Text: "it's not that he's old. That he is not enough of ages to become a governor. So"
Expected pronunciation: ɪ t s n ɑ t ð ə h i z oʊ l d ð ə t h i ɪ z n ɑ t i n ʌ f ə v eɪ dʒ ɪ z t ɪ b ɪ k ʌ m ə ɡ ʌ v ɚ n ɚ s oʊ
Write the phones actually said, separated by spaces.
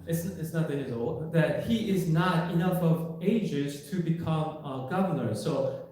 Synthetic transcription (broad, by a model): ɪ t s n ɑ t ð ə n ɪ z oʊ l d ð ə t h i ɪ z n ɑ t i n ʌ f ə v eɪ dʒ ɪ z t ɪ b ɪ k ʌ m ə ɡ ʌ v ɚ n ɚ s oʊ